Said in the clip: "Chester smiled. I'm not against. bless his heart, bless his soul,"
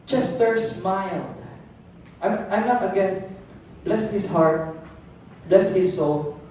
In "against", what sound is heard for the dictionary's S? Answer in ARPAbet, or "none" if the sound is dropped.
none